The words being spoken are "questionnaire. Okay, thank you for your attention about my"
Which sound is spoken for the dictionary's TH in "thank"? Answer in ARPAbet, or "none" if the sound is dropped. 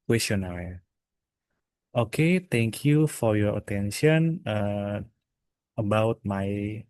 T